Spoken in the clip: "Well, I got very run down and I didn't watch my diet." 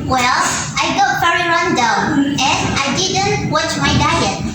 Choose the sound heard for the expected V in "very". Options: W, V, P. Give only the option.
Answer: P